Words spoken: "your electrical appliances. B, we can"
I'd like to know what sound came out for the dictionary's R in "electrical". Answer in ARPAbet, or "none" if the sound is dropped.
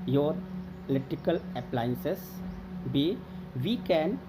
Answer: none